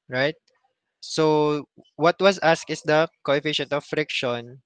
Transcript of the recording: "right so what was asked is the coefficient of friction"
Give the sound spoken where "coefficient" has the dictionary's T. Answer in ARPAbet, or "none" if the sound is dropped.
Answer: T